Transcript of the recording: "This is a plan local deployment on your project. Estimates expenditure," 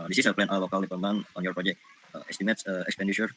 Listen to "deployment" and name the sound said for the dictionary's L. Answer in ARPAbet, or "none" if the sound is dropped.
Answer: none